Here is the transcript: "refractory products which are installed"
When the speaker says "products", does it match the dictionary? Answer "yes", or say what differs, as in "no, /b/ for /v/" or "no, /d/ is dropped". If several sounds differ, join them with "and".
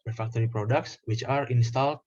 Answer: yes